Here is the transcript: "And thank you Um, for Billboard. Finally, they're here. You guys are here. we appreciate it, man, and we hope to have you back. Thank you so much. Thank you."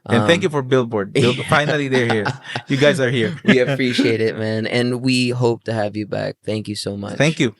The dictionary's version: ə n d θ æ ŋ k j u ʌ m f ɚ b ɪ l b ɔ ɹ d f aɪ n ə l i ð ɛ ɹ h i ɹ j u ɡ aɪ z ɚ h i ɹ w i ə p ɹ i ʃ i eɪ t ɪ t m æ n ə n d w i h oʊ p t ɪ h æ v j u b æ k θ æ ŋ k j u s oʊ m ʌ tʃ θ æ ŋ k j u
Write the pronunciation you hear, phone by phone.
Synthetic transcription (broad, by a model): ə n θ æ ŋ k j u f ɚ b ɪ l b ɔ ɹ d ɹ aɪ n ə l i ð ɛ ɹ h i ɹ j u ɡ aɪ z ɚ h i ɹ w i ə p ɹ i ʃ i eɪ t ɪ t m æ n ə n w i h oʊ p t ɪ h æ v j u b æ k θ æ ŋ k j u s oʊ m ʌ tʃ θ æ ŋ k j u